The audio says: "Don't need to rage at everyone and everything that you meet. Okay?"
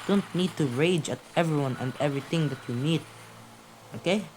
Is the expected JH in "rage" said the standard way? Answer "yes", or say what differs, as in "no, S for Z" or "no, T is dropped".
yes